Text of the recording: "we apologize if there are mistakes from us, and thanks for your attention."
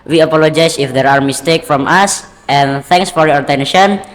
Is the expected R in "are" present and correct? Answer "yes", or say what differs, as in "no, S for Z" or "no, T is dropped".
yes